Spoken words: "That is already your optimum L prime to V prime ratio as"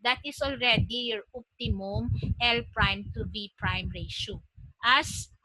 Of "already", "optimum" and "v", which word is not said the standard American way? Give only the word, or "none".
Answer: v